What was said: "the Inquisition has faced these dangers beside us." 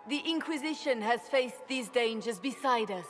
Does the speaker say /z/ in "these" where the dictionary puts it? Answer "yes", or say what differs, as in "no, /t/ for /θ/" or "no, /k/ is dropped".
yes